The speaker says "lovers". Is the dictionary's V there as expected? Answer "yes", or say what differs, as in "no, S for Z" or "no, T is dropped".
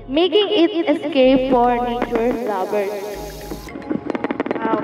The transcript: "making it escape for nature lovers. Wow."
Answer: no, B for V